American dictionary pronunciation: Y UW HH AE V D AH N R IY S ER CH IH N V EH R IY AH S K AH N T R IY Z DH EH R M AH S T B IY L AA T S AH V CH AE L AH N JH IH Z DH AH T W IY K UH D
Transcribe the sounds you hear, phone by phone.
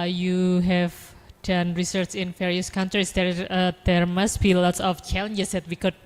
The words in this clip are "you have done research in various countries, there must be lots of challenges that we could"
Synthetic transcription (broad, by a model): Y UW HH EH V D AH N R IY S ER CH IH N F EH R IY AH S K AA N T R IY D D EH R M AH S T B IY L AA T S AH F CH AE L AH N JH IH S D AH T W IY K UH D